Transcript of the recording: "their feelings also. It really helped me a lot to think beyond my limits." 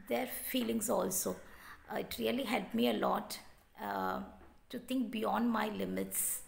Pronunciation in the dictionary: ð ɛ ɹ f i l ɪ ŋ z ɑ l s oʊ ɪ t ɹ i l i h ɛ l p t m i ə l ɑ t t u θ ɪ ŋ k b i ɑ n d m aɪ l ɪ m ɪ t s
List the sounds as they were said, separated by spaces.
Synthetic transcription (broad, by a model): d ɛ ɹ f i l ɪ ŋ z ɑ l s oʊ ɪ t ɹ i l i h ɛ l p m i ə l ɑ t t u t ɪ ŋ k b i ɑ n d m aɪ l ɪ m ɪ t s